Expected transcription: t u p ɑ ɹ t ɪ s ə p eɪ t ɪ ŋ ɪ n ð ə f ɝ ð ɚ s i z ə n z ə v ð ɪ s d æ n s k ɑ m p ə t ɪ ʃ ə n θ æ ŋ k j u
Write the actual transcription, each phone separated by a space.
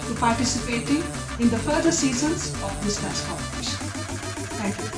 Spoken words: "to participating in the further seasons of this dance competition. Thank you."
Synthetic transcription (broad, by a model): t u p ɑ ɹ t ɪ s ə p eɪ t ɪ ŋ ɪ n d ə f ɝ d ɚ s i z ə n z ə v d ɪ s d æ s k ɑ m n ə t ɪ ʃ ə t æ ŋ k j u